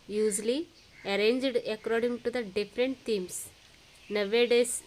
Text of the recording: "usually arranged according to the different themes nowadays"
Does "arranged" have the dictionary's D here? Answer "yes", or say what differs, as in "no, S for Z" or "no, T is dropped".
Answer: yes